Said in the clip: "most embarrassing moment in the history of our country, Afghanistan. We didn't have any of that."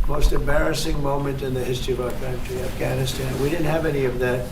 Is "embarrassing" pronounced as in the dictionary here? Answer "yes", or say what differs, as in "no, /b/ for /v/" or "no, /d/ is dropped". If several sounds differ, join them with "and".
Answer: yes